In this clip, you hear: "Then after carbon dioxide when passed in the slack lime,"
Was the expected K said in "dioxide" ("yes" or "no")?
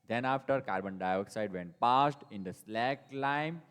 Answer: yes